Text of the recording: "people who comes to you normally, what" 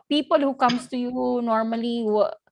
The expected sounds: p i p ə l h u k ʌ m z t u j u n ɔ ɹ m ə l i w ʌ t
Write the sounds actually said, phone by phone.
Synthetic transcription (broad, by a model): p i p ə l h u k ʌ m s t u j u n ɔ ɹ m ə l i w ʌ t